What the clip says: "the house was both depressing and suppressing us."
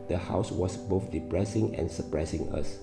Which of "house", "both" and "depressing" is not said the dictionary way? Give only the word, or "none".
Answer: none